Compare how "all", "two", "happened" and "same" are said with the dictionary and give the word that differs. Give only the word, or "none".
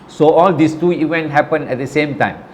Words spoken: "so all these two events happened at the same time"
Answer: happened